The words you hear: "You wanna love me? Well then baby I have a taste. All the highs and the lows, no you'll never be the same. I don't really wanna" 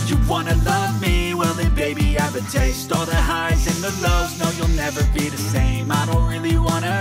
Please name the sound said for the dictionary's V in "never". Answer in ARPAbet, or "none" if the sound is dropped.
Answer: V